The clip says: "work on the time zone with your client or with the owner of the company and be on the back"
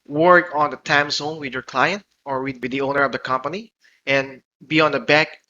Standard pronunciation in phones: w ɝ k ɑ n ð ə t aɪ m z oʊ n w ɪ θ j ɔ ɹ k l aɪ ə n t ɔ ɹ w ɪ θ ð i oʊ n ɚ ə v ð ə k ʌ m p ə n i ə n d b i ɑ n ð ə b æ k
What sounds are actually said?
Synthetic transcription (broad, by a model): w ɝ k ɑ n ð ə t aɪ m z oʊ n w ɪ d j ɔ ɹ k l aɪ ə n t ɔ ɹ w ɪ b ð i oʊ n ɚ ə v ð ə k ʌ m p ə n i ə n b i ɑ n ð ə b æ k